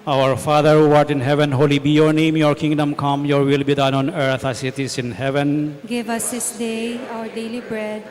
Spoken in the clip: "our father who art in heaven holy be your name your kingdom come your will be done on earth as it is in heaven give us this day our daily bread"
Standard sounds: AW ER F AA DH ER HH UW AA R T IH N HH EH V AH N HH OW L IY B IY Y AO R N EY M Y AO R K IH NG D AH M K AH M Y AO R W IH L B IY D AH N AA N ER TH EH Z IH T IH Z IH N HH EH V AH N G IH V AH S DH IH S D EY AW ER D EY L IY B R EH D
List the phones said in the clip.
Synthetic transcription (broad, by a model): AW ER F AA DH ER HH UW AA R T IH N HH EH V AH N HH OW L IY B IY Y AO R N EY M Y AO R K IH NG D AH M K AH M Y AO R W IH L B IY D AH N AA N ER T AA S IH T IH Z IH N HH EH V AH N G IH V AH S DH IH S D EY AW ER D EY L IY B R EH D